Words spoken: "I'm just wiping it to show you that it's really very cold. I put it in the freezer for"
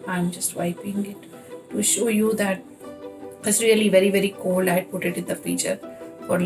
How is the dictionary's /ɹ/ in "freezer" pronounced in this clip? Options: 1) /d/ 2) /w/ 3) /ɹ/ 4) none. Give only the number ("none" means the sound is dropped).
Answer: 4